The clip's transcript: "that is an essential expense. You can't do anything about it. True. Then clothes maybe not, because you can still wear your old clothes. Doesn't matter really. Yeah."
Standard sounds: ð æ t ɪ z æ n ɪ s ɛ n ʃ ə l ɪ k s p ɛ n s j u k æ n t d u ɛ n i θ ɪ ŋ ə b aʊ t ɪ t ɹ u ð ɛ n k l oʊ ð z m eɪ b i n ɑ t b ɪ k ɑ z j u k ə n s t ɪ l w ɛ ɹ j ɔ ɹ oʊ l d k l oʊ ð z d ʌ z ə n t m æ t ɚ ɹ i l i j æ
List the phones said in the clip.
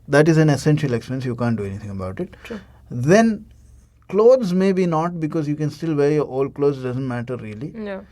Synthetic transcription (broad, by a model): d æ t ɪ z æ n ɪ s ɛ n ʃ ə l ɪ k s p ɛ n s j u k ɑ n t d u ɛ n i t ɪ ŋ ə b aʊ t ɪ t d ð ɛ n k l oʊ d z m eɪ b i n ɑ t b ɪ k ɑ z j u k ə n s t ɪ l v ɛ ɹ j ɔ ɹ oʊ l d k l oʊ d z d ʌ z ə n t m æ t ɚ ɹ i i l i